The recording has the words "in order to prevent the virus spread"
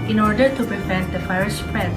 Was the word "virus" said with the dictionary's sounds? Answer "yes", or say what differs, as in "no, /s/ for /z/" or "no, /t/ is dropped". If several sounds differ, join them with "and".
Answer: no, /f/ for /v/